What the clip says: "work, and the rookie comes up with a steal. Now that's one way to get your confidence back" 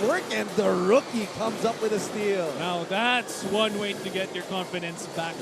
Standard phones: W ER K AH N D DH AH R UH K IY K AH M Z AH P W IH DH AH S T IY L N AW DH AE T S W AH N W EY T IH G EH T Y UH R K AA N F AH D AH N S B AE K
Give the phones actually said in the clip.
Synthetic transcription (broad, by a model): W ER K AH N DH AH R UH K IY K AH M Z AH P W IH DH AH S T IY L N AW DH AE T S W AH N W EY T IH G EH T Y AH R K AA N F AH D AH N S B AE K